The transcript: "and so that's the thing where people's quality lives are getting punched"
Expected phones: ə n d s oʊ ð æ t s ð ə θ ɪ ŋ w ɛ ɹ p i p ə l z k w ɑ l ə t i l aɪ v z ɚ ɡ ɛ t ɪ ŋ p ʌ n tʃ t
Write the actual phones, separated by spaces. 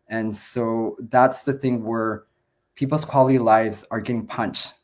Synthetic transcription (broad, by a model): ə n s oʊ ð æ t s ð ə θ ɪ ŋ w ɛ ɹ p i p l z k w ɑ l ə t i l aɪ v z ɚ ɡ ɛ t ɪ ŋ p ʌ n tʃ t